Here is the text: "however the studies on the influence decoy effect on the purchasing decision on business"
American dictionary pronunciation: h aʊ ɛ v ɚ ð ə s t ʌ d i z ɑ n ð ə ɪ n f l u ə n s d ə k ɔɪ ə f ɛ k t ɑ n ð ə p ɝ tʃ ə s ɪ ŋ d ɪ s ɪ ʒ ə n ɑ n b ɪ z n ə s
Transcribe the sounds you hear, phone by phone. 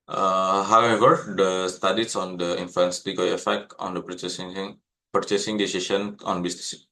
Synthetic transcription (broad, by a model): h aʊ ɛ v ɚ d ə s t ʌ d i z ɑ n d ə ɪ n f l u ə n s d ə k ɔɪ ə f ɛ k t ɑ n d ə p ɝ tʃ ə s ɪ ŋ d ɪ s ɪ ʃ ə n ɑ n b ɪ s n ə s